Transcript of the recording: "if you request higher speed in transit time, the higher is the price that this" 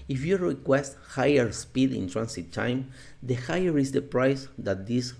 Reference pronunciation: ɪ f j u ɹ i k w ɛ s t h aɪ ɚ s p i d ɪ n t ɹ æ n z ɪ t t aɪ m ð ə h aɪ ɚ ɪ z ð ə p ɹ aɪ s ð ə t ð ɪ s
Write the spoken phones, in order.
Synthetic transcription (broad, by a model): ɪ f j u ɹ i k w ɛ s t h aɪ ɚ s p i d ɪ n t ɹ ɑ n s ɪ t t aɪ m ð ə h aɪ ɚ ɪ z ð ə p ɹ aɪ s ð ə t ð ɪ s